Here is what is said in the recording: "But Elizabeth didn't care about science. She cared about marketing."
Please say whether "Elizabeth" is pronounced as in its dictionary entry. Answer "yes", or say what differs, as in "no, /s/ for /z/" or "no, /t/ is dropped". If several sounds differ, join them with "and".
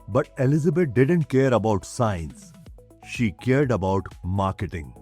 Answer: no, /t/ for /θ/